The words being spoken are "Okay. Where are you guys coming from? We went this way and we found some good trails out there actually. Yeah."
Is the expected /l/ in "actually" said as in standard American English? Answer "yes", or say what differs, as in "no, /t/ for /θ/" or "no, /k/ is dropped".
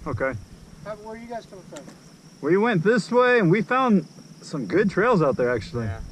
no, /l/ is dropped